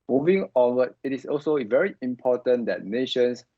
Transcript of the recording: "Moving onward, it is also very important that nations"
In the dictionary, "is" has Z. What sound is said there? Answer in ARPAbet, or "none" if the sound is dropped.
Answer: S